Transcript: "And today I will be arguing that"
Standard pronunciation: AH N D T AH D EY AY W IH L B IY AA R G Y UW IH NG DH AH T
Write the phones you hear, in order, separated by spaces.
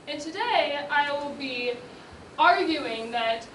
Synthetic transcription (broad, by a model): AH N T AH D EY AY W IH L B IY AA R G Y UW IH NG DH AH T